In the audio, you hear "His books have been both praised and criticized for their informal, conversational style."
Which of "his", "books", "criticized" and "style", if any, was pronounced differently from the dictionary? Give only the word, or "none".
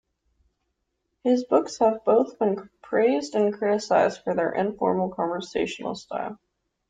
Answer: none